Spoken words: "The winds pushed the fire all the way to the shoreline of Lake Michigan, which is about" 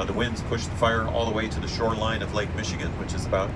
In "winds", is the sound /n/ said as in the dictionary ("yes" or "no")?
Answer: yes